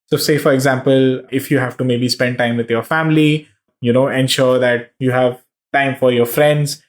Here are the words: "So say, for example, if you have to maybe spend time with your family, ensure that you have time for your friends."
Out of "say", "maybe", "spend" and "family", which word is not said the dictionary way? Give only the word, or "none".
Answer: family